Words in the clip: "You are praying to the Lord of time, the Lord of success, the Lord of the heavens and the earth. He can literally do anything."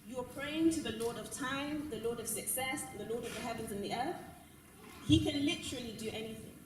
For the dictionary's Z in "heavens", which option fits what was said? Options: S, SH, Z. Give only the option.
Z